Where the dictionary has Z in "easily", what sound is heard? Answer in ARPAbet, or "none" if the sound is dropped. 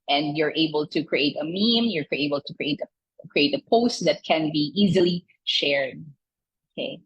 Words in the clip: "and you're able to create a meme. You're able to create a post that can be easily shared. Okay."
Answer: Z